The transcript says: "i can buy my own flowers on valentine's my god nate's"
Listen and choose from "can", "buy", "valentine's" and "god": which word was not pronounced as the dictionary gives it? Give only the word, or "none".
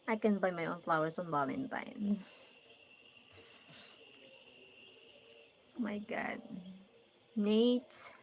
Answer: valentine's